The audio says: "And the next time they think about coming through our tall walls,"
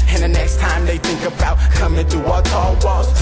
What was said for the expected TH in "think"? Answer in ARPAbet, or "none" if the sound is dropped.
TH